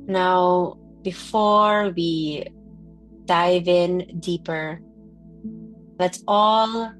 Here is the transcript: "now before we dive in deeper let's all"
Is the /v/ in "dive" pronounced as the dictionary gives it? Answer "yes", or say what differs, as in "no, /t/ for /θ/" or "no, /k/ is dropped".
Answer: yes